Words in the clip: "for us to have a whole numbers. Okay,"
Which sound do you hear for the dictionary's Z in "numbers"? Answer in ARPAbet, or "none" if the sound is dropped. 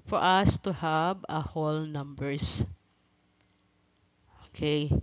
S